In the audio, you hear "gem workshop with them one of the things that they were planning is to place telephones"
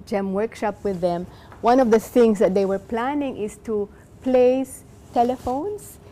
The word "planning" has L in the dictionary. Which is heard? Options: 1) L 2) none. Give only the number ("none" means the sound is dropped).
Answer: 1